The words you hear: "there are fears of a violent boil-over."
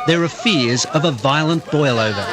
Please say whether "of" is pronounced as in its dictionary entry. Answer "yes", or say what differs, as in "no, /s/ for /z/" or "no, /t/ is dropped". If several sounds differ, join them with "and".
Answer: yes